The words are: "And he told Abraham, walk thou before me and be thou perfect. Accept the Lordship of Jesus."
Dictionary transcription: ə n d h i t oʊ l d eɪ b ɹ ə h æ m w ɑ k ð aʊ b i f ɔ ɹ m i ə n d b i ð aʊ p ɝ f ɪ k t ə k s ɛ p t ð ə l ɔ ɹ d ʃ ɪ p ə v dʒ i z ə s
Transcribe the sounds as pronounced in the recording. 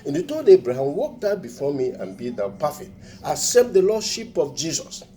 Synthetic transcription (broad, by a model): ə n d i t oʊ d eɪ b ɹ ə h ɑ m w ɑ k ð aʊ b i f ɔ m i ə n b i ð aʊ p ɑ f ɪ t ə s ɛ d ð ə l ɔ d ʃ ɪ p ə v dʒ i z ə s